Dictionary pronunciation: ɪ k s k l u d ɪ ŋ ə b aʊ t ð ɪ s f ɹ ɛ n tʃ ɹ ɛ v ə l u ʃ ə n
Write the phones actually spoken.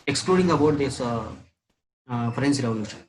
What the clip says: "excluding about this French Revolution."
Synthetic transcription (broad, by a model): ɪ k s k l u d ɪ ŋ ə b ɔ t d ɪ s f ɹ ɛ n s ɹ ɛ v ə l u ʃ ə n